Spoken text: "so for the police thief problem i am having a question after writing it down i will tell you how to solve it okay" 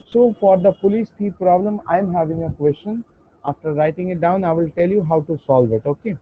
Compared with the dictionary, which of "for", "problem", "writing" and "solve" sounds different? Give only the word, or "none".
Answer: none